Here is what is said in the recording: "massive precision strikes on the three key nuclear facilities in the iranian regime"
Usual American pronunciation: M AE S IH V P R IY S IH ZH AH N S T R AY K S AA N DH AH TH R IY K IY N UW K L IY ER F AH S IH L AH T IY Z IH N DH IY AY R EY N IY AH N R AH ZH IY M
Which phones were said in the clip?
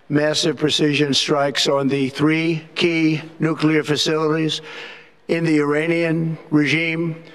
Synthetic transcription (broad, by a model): M AE S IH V P R IY S IH ZH AH N S T R AY K S N DH AH TH R IY K IY N UW K L IY ER F AH S IH L AH T IY Z IH N DH IY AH R EY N IY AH N R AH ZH IY M